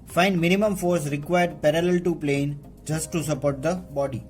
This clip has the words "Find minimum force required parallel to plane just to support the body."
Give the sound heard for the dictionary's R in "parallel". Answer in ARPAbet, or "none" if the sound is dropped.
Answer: R